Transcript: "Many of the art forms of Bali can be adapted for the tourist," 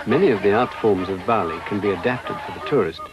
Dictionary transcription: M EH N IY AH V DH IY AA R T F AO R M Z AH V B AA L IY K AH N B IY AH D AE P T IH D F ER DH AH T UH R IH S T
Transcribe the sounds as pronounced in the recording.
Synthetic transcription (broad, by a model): M EH N IY AH V DH IY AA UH T F AO R M Z AH V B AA L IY K AH N B IY AH D AE P T IH D F ER DH AH T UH R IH S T